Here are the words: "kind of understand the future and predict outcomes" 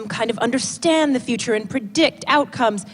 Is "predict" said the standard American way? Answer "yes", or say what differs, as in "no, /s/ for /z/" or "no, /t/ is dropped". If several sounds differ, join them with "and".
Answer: yes